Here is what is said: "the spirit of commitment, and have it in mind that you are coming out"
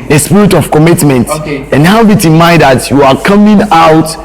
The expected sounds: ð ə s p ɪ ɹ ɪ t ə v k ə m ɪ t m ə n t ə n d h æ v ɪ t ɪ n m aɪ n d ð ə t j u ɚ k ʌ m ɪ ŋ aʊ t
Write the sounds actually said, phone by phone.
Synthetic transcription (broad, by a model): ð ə s p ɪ ɹ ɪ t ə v k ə m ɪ t m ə n t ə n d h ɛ b ɪ t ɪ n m aɪ d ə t j u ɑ k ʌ m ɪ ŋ aʊ t